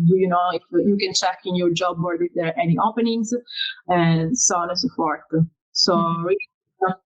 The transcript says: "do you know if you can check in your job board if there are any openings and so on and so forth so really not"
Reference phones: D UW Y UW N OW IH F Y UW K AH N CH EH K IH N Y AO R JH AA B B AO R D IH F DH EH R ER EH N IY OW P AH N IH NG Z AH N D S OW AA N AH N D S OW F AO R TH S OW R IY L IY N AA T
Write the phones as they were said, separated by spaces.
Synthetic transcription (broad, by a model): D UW Y UW N OW IH F Y UW K AH N CH EH K IH N Y AO R JH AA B B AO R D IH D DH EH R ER EH N IY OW P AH N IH NG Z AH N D S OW AA N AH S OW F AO R T S OW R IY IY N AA